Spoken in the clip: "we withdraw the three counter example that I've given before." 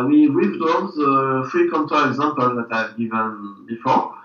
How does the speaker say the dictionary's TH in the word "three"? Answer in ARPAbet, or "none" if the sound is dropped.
F